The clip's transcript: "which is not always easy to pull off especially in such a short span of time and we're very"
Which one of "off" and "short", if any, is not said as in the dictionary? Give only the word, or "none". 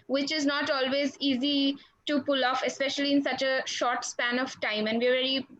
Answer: none